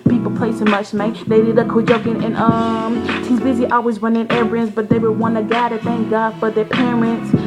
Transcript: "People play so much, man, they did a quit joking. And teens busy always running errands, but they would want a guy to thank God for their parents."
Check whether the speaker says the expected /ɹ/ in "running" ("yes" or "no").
no